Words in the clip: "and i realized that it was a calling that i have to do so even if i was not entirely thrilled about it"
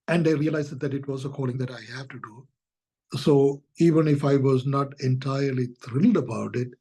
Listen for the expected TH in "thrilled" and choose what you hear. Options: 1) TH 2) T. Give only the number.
2